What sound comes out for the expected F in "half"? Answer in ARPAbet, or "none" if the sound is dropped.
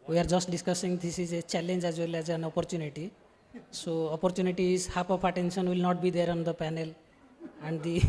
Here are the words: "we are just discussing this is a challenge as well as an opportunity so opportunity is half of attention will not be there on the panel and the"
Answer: P